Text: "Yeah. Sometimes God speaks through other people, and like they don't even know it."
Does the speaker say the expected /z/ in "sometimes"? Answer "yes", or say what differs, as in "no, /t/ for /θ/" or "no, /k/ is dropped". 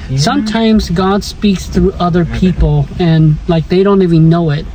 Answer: yes